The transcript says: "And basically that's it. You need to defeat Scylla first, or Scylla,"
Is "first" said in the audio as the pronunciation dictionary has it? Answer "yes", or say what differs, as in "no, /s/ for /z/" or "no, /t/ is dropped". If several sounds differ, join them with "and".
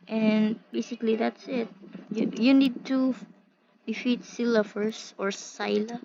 no, /t/ is dropped